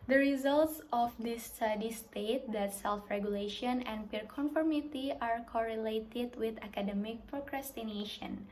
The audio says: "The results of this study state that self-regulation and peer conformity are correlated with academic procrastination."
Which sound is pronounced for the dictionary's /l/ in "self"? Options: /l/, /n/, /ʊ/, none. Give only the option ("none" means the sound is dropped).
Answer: /l/